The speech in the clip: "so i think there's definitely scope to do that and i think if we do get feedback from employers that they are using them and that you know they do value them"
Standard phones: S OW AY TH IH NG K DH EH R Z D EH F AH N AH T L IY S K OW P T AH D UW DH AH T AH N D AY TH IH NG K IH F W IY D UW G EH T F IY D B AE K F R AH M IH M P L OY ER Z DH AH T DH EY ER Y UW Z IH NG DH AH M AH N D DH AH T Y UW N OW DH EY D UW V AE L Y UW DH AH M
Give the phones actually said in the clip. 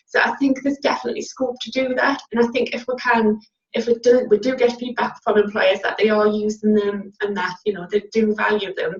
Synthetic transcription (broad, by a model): S OW AY TH IH NG K DH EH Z D EH F AH N AH T L IY S K OW P T AH D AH DH AH T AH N AY TH IH NG K IH F W IY D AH G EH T P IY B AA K F R AH M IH M P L OY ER Z DH AH T DH EY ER Y UW Z IH NG DH AH M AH N DH AH T Y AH N OW DH EY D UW V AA L Y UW DH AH M